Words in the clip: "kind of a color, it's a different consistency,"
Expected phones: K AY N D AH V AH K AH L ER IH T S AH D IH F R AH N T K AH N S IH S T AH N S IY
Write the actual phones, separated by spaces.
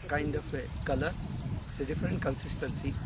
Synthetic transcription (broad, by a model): K AY N D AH P AH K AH L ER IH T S AH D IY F R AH N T K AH N S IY S T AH N S IY